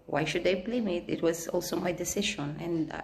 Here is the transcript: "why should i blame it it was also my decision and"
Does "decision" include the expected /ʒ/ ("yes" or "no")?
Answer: no